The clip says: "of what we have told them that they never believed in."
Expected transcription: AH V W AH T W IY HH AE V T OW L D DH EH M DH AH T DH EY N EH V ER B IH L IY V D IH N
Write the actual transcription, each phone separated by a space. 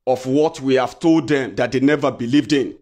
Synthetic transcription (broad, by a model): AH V W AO T W IY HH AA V T OW L D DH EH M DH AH T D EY N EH V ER B IH L IY V D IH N